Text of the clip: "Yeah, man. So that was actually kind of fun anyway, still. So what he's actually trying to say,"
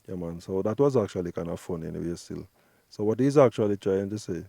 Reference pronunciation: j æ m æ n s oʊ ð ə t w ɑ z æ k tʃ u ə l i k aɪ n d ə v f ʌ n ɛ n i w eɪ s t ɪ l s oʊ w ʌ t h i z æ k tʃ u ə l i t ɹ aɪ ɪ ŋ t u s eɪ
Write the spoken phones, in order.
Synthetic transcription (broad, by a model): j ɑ m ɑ n s oʊ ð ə t w ɑ z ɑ k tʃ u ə l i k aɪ n ə f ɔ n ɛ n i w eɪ s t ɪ l s oʊ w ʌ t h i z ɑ k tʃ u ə l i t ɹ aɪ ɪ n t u s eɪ